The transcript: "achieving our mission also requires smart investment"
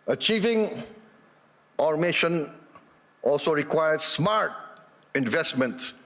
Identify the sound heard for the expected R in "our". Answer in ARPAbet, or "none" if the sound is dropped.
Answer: R